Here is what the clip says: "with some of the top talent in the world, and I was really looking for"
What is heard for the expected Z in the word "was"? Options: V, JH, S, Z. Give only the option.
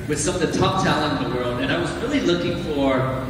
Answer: Z